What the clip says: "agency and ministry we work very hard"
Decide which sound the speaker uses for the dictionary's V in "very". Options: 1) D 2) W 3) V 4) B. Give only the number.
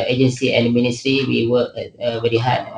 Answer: 4